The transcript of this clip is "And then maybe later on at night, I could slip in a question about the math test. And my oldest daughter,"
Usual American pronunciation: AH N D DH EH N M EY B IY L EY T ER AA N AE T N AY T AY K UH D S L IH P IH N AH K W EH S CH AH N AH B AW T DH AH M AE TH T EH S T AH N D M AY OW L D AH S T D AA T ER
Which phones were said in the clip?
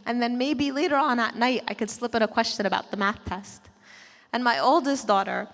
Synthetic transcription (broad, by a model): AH N DH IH N M EY B IY L EY T ER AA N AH T N AY T AY K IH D S L IH P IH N AH K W EH S CH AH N AH B AW T DH AH M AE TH T EH S T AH N M AY OW L D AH S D AA T ER